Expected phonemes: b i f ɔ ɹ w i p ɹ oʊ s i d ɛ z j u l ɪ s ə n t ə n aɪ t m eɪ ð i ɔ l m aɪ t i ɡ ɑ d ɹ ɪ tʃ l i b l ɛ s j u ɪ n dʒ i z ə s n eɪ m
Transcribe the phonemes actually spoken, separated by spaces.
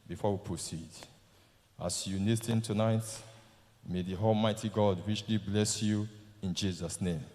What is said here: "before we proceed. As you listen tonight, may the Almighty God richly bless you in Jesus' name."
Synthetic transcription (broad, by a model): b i f ɔ w i p ɹ oʊ s i d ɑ s j u n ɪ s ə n t ə n aɪ t m eɪ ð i ɔ l m aɪ t i ɡ ɑ d w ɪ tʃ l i b l ɛ s j u ɪ n dʒ i z ə s n eɪ m